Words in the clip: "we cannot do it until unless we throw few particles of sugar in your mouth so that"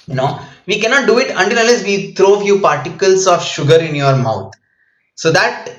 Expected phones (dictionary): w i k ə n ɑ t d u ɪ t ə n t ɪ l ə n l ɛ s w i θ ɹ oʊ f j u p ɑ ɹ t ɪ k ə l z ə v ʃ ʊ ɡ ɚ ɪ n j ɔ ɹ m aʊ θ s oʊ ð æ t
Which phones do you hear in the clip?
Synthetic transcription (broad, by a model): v i k ə n ɑ t d u ɪ t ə n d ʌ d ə l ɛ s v i t ɹ oʊ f j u p ɑ ɹ t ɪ k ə l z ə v ʃ ʊ ɡ ɚ ɪ n j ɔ ɹ m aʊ t s oʊ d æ t